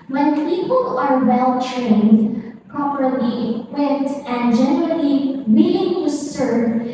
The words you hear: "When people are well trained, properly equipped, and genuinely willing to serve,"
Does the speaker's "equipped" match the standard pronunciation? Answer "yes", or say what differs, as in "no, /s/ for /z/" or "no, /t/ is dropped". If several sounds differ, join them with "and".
no, /p/ is dropped